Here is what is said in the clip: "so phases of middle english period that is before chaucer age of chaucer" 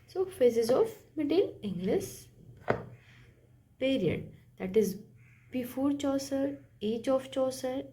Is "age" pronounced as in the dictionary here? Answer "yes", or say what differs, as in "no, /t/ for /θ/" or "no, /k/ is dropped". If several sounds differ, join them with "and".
no, /tʃ/ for /dʒ/